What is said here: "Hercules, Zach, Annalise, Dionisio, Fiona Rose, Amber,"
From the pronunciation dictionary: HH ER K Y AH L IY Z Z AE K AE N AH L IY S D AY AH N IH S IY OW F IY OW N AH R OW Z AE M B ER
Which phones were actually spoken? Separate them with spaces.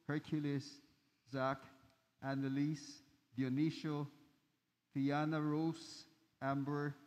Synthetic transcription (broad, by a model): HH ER K Y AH L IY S Z AE K AE N AH L IY S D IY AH N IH SH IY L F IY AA N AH R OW S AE M B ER